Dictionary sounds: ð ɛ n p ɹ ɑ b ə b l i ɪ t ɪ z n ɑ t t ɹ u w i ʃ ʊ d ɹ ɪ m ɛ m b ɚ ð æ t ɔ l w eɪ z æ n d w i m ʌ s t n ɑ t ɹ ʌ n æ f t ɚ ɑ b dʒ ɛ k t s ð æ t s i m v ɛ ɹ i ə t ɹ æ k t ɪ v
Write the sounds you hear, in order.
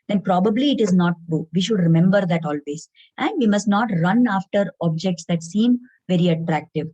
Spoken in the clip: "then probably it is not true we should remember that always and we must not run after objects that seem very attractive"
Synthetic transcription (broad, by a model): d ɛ n p ɹ ɑ b ə b l i ɪ t ɪ z n ɑ t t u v i ʃ ʊ d ɹ ɪ m ɛ m b ɚ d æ t ɔ l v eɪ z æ n d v i m ʌ s t n ɑ t ɹ ʌ n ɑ f t ɚ ɑ b dʒ ɛ k t s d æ t s i m v ɛ ɹ i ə t ɹ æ k t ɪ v